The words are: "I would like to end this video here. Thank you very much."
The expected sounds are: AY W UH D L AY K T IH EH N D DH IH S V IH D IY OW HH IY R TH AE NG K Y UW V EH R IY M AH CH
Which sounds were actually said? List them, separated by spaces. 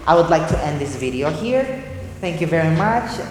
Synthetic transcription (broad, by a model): AY W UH D L AY K T IH EH N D DH IH S V IH D IY OW HH IY R TH AE NG K Y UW V EH R IY M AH CH